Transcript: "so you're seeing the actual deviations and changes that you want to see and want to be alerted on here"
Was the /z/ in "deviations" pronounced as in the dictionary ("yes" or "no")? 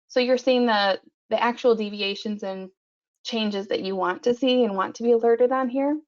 yes